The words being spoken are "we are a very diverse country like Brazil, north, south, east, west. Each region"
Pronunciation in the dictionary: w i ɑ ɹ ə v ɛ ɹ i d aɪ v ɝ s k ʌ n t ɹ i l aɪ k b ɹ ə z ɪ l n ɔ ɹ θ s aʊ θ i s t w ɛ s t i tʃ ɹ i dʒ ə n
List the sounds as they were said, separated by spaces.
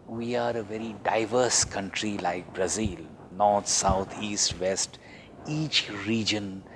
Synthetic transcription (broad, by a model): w i ɑ ɹ ə v ɛ ɹ i d aɪ v ɝ s k ʌ n t ɹ i l aɪ k b ɹ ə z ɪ l n ɔ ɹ t s aʊ t i s t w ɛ s t i tʃ ɹ i dʒ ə n